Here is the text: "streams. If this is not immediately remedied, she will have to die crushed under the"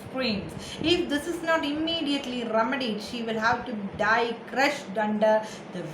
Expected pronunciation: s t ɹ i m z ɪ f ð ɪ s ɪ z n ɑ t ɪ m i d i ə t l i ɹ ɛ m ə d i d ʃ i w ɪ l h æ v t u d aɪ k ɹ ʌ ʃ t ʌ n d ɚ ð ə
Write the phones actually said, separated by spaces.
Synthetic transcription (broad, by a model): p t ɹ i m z ɪ f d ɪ s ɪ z n ɑ t ɪ m i d i ə t l i ɹ ɛ m ə d i d ʃ i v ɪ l h æ v t u d aɪ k ɹ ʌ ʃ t ʌ n d ɚ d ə